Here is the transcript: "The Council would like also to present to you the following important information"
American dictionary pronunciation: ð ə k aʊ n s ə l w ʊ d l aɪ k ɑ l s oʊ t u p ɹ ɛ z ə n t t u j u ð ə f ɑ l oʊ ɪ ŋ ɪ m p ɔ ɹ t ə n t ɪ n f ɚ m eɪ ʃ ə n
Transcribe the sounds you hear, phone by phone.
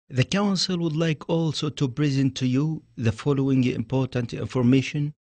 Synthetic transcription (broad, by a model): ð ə k aʊ n s ə l w ʊ d l aɪ k ɑ l s oʊ t u b ɹ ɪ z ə n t t u j u ð ə f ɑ l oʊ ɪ ŋ ɪ m p ɔ ɹ t ə n t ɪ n f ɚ m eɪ ʃ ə n